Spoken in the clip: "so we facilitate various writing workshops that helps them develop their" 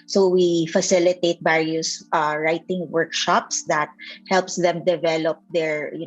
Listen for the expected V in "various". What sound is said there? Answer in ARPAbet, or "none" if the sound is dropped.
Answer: B